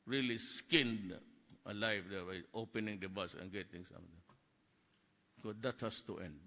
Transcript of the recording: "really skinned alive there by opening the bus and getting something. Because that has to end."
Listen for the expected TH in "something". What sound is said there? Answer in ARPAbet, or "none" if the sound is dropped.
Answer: T